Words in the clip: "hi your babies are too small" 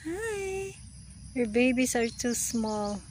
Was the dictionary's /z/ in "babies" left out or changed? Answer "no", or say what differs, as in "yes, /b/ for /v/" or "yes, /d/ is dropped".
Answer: yes, /s/ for /z/